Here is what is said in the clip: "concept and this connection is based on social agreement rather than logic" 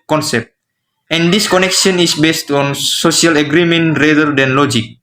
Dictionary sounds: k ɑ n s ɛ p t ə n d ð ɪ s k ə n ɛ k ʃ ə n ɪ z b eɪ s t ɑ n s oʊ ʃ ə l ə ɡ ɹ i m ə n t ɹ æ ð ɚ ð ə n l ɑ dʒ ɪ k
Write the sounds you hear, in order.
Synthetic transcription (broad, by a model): k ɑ n s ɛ p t ə n d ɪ s k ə n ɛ k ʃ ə n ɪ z b eɪ s t ɑ n s oʊ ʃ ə l ə ɡ ɹ i m ə n t ɹ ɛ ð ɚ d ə n l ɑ dʒ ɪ k